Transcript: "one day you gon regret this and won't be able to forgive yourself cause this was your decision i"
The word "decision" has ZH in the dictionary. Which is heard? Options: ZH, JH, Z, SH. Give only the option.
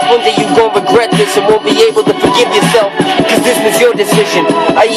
ZH